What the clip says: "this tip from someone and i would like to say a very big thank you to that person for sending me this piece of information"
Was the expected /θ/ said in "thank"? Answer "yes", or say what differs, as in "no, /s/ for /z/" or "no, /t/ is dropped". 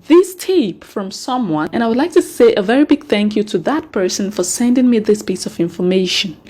yes